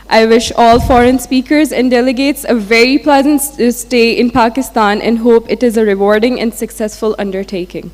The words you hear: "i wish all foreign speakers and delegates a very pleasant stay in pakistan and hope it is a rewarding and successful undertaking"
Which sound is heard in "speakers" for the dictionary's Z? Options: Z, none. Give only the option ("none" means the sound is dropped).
Z